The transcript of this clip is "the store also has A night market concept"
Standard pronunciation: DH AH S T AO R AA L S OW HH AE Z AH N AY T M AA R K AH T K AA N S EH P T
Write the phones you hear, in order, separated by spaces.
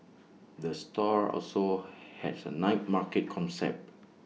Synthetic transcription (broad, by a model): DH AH S T AO R AA L S OW HH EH S AH N AY T M AA K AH T K AA N S EH P T